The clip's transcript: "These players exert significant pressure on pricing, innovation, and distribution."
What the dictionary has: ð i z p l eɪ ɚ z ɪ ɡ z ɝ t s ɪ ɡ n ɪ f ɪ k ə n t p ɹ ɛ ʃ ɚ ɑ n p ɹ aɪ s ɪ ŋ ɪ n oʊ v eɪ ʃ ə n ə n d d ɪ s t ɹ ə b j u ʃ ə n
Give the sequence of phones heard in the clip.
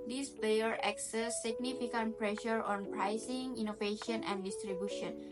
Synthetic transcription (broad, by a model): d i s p eɪ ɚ ɪ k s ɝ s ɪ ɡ n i f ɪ k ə n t p ɹ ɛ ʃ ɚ ɑ n p ɹ aɪ s ɪ ŋ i n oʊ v eɪ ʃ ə n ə n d d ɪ s t ɹ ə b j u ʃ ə n